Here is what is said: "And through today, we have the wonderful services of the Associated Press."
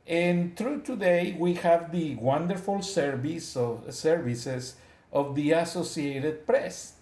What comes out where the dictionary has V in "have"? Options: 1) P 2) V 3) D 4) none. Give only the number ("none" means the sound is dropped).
2